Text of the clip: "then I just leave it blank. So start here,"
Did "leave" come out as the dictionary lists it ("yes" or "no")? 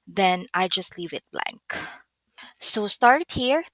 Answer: yes